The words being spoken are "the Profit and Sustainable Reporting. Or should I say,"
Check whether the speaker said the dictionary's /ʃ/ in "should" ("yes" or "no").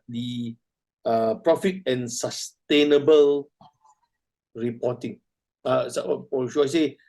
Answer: no